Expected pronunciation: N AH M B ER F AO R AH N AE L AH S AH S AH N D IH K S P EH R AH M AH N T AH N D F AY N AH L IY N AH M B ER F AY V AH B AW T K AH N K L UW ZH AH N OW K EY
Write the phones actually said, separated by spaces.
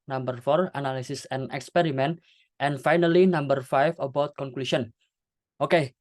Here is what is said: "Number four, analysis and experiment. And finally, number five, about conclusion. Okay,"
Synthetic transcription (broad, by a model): N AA M B ER F AO R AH N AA L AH S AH S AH N IH K S P EH R AH M AH N T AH N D F AY N AH L IY N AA M B ER F AY F AH B AW T K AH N K L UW SH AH N OW K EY